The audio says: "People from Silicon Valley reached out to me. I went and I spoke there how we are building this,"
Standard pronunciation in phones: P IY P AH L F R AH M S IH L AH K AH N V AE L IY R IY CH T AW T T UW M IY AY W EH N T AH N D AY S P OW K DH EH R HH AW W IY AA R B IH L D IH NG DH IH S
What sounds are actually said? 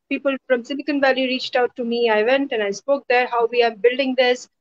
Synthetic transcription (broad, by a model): P IY P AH L F R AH M S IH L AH K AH N V AE L IY R IY CH T AW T T UW M IY AY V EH N T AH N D AY S P OW K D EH R HH AW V IY AA R B IH L D IH NG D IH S